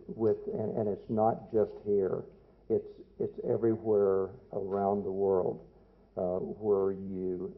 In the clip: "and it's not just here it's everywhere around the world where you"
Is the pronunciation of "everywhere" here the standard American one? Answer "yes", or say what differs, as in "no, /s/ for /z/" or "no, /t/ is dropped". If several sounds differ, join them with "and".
yes